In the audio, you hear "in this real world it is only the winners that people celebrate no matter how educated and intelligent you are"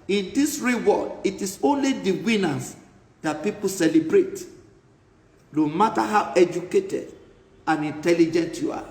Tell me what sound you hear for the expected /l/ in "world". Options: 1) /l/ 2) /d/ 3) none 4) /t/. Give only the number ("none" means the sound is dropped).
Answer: 3